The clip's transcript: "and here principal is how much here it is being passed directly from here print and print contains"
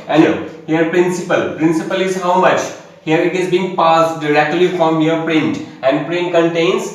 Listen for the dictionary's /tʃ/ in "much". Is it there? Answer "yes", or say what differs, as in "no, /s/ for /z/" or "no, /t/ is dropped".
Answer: yes